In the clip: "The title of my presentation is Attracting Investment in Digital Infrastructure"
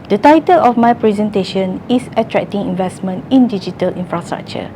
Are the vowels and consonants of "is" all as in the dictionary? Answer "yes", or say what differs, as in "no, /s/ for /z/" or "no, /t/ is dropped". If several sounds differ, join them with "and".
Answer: no, /s/ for /z/